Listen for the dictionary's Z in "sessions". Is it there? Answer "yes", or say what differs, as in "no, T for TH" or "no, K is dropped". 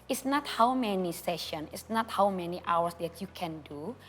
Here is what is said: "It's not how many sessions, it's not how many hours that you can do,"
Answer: no, Z is dropped